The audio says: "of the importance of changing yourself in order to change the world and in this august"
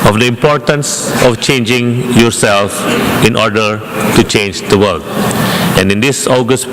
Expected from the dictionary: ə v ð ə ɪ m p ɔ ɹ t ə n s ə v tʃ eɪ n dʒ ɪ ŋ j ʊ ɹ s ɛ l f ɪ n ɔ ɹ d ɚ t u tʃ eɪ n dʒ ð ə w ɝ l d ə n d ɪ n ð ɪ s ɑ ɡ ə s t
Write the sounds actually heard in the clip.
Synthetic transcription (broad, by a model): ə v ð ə ɪ m p ɔ ɹ t ə n s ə f tʃ eɪ n dʒ ɪ ŋ j ʊ ɹ s ɛ l f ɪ n ɔ ɹ d ɚ t u tʃ eɪ n dʒ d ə w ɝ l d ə n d ɪ n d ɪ s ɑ ɡ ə s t